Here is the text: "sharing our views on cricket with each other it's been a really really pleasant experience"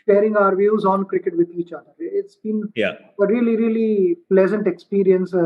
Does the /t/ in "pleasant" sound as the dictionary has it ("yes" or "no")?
yes